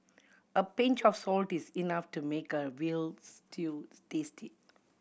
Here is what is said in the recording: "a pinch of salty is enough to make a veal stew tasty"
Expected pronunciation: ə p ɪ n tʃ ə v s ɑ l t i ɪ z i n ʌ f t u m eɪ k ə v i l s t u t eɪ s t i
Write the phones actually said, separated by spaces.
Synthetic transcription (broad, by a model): ə p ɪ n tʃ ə f s ɑ l t i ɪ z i n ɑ f t u m eɪ k ə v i l s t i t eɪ s t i